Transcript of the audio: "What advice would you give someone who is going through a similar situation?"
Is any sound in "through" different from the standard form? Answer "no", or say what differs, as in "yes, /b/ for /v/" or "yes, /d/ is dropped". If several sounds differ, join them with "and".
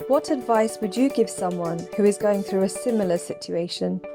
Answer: no